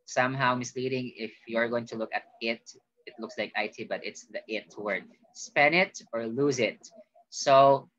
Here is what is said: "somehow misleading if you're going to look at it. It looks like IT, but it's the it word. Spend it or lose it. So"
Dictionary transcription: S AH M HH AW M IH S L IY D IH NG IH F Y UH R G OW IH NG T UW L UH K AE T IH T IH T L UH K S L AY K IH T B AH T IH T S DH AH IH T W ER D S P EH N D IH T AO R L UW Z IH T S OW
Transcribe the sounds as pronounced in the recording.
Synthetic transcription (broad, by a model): S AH M HH AW M IH S L IY D IH NG IH F Y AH R G OW IH NG T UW L UH K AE T IH T IH T L UH K S L AY K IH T B AH T IH T S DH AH IH T W ER D S P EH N IH T AO R L UW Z IH T S OW